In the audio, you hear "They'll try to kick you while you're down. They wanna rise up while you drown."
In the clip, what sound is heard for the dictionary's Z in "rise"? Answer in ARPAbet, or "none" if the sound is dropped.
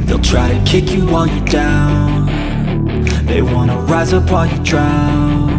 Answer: Z